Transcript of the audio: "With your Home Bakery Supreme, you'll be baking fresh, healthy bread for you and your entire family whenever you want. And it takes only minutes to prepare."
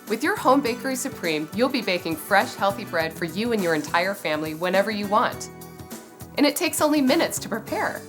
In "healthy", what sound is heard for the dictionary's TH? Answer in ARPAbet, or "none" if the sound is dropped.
TH